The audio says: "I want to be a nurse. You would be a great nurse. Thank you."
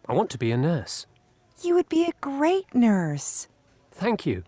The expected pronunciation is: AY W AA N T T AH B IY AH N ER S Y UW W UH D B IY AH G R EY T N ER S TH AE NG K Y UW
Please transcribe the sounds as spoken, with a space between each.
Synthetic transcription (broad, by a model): AY W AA N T T AH B IY AH N ER S Y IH W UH D B IY AH G R EY T N ER S TH AE NG K Y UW